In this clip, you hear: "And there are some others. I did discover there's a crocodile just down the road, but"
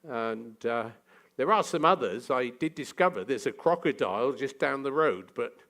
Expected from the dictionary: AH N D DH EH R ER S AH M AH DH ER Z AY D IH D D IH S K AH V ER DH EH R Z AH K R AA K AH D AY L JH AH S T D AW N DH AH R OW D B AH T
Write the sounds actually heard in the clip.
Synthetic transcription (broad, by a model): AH N DH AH R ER S AH M AH DH ER Z AY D IH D D IH S K AH V ER DH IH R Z AH K R AA K AH D AY L JH AH S D AW N DH AH R OW D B AH T